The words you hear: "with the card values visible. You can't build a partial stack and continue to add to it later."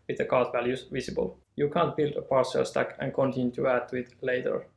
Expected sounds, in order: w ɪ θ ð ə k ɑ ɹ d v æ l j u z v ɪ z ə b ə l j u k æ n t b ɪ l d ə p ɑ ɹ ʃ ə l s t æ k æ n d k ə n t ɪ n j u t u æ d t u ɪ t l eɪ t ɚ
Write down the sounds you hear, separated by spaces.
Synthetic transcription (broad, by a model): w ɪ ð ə k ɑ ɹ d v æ l j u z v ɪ s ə b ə l j u k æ n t b ɪ l d ə p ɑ ɹ s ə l s t æ k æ n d k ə n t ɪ n j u t u æ d t u ɪ t l eɪ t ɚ